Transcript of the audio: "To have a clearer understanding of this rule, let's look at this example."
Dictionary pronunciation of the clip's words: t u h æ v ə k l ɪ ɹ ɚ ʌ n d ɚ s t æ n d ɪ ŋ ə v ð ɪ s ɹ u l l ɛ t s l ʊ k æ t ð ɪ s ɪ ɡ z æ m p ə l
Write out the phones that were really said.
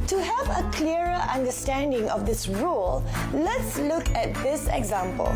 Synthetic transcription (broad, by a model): t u h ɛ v ə k l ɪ ɚ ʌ n d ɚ s t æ n d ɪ ŋ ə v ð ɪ s ɹ u l l ɛ t s l ʊ k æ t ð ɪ s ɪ ɡ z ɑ m p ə l